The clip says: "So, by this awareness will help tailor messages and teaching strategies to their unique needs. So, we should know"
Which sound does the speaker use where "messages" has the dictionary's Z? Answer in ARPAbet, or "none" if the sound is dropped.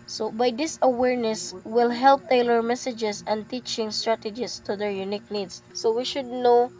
S